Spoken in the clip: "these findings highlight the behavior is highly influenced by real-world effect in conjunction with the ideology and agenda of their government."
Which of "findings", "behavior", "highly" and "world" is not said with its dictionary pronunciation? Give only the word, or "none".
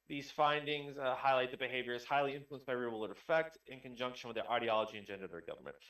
world